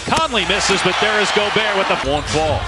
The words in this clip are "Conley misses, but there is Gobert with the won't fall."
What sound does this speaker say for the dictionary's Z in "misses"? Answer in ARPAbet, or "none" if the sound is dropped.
Z